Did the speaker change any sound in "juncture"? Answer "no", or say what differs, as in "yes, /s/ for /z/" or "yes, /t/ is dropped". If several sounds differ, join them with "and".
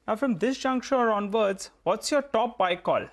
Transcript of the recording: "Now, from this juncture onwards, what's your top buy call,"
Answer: yes, /ʃ/ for /tʃ/